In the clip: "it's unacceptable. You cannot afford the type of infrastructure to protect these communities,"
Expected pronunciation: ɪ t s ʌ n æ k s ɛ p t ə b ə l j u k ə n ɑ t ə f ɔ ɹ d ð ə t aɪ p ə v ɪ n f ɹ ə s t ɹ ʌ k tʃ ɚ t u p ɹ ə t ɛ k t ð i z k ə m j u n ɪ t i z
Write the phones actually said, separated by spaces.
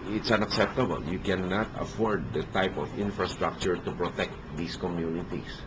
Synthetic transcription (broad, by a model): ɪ t s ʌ n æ k s ɛ p t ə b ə l j u k ə n ɑ t ə f ɔ ɹ d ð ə t aɪ p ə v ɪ n f ɹ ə s t ɹ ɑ k tʃ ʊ t u p ɹ ə t ɛ k t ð i s k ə m j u n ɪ t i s